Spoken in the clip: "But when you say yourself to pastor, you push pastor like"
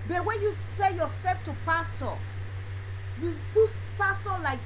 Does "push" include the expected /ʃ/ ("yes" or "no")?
no